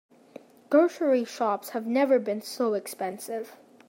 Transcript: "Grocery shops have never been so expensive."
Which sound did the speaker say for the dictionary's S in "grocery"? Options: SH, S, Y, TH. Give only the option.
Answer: SH